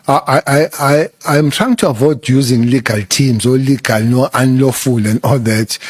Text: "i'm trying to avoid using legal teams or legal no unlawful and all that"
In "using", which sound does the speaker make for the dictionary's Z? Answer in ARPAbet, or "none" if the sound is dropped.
Z